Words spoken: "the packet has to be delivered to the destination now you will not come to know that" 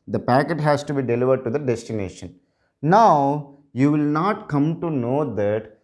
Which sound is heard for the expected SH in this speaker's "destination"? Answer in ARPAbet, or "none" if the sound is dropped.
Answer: SH